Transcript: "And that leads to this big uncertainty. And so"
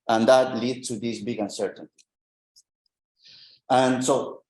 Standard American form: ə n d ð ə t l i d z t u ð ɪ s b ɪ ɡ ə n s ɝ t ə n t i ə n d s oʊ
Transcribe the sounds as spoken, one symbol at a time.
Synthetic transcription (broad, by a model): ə n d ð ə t l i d t u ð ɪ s b ɪ ɡ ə n s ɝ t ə n t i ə n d s oʊ